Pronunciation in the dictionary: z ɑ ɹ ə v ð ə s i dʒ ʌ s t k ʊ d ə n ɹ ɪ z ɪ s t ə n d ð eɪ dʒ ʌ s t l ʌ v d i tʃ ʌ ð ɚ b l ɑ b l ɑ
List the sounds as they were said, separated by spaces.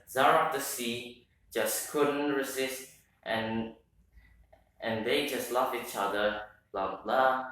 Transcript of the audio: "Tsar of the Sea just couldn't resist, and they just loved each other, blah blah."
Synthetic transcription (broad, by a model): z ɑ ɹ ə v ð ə s i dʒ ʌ s k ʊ d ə n ɹ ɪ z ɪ s t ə n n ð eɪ dʒ ʌ s t l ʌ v i tʃ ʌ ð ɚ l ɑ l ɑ